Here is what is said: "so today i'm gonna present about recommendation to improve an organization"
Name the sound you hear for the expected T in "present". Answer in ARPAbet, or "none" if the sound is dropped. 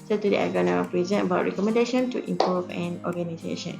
none